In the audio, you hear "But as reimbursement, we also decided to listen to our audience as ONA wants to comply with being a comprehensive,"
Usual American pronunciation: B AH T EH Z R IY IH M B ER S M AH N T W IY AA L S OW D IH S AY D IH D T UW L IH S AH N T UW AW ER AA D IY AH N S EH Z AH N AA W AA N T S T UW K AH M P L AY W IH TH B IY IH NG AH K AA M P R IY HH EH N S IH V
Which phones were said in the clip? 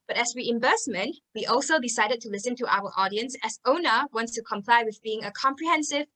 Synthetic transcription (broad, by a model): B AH T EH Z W IY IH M B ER S M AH N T W IY AA L S OW D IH S AY D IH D T UW L IH S AH N T UW AW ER AA D IY AH N S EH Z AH N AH W AA N T S T UW K AH M P L AY W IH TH B IY IH NG AH K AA M P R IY HH EH N S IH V